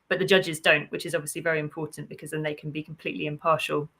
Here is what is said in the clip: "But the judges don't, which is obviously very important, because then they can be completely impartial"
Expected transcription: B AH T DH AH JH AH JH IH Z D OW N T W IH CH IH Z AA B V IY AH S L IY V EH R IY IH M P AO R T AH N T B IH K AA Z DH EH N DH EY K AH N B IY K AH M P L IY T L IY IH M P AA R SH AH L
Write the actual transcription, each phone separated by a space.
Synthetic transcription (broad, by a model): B AH T DH AH JH AH JH IH Z D OW N T W IH CH IH Z AA B V IY AH S L IY V EH R IY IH M P AO T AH N B IH K AA Z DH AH N DH EY K AH N B IY K AH M P L IY T L IY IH M P AA SH AH L